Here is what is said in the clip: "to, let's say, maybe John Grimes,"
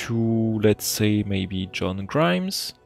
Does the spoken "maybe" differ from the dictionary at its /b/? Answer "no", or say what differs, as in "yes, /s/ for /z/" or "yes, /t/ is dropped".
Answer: no